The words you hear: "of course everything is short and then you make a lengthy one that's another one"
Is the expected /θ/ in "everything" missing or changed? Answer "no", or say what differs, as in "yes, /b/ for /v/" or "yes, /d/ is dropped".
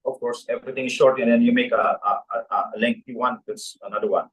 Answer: yes, /t/ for /θ/